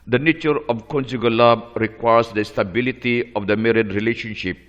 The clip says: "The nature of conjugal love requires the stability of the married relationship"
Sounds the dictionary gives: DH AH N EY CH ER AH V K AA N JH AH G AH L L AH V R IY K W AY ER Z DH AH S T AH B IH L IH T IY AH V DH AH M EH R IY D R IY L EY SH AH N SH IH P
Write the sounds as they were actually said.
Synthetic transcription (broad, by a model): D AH N EY CH ER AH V K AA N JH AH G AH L L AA B R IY K W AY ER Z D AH S T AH B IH L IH T IY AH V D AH M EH R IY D R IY L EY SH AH N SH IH P